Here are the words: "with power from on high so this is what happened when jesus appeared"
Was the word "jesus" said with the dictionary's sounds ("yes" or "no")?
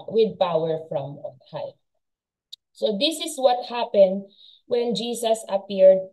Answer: no